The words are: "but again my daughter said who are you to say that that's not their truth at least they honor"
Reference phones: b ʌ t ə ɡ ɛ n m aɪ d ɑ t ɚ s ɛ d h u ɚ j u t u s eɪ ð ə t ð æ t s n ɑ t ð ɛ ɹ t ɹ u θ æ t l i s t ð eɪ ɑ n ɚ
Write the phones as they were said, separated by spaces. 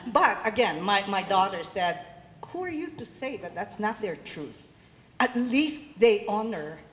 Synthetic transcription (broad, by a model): b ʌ t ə ɡ ɛ n m aɪ d ɑ t ɚ s ɛ d h u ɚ j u t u s eɪ ð ə t ð æ t s n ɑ t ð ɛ ɹ t ɹ u θ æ t l i s t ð eɪ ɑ n ɚ